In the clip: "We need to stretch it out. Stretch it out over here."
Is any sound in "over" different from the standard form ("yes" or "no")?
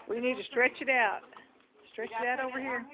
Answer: no